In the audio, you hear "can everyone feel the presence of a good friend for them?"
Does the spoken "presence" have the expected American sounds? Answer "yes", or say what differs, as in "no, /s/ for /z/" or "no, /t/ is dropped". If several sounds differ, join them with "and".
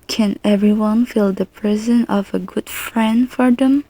no, /s/ is dropped